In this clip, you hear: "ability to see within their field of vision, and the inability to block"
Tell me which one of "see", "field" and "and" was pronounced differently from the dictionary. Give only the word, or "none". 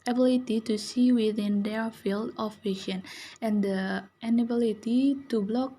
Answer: none